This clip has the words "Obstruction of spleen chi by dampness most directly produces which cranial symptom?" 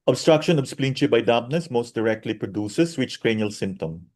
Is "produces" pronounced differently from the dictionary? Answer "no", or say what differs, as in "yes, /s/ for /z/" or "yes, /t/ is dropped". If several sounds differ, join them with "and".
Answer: yes, /s/ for /z/